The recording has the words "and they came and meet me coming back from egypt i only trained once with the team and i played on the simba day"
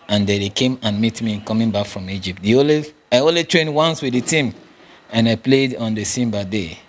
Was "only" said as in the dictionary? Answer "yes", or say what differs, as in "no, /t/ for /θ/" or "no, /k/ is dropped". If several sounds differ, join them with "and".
no, /l/ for /n/